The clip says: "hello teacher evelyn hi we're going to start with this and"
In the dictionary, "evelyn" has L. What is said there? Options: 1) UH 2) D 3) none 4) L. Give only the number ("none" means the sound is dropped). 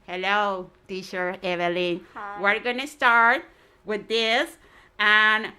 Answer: 4